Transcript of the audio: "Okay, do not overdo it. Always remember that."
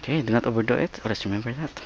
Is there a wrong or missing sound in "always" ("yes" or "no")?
yes